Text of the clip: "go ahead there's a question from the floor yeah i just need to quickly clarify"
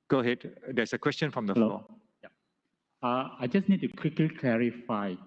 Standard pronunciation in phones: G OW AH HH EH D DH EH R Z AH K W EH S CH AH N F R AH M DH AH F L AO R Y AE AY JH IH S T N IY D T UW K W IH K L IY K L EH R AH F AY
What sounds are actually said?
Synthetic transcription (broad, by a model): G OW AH HH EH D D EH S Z AH K W EH S CH AH N F R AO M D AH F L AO L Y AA AY JH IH S N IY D T UW K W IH K L IY K L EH R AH F AY